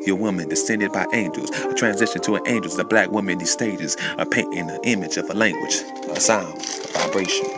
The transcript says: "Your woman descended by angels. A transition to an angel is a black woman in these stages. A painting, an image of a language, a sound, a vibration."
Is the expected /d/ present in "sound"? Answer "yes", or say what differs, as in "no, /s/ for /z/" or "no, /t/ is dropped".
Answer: no, /d/ is dropped